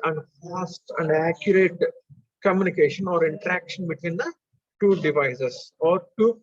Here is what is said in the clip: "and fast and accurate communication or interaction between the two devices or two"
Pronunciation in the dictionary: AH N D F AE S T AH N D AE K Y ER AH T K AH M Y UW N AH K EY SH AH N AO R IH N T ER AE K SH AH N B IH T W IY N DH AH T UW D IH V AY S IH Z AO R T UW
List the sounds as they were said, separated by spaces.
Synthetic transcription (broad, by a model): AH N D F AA S T AH N D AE K Y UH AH T K AH M Y UW N AH K EY SH AH N AO R IH N T ER AE K SH AH N B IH T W IY N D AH T UW D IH V AY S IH S AO R T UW